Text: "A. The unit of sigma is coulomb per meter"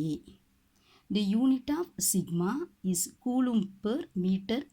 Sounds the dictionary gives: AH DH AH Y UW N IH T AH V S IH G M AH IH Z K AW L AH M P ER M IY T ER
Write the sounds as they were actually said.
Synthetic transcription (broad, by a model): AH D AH Y UW N IH T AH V S IH G M AH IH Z K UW L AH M P ER M IY T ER